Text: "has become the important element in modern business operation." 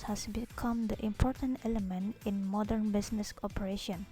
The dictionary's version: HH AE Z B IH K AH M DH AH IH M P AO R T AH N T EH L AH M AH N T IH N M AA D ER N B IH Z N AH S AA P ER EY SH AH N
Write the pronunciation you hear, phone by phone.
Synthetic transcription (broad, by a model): HH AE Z B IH K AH M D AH IH M P AO R T AH N T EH L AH M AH N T IH N M AA D ER N B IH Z N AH S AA P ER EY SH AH N